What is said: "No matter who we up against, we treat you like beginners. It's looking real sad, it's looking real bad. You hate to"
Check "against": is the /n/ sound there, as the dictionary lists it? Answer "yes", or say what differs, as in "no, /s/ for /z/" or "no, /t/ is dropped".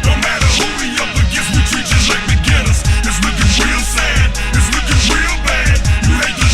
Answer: no, /n/ is dropped